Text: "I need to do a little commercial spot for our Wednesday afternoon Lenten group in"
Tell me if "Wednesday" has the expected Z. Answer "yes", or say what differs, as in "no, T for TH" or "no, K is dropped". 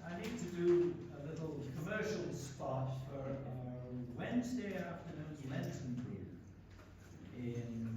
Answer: yes